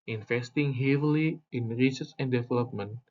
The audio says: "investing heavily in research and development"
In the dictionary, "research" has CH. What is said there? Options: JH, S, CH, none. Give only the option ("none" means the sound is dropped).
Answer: S